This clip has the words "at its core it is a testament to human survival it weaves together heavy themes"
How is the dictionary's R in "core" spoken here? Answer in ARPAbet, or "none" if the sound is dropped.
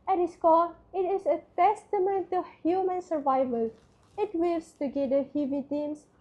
L